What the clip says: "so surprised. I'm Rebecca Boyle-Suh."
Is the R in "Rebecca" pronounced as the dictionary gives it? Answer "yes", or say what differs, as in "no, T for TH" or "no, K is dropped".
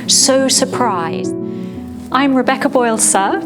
yes